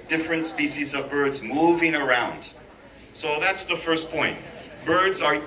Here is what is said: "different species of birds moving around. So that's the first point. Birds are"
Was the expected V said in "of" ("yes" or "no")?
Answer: yes